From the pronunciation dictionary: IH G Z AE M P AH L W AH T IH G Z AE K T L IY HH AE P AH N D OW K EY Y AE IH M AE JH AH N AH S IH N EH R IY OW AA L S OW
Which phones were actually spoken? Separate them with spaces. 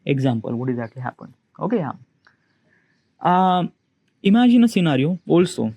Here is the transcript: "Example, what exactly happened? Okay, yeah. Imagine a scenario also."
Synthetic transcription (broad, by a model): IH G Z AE M P AH L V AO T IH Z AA T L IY HH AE P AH N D OW K EY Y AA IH M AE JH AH N AH S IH N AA R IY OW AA L S OW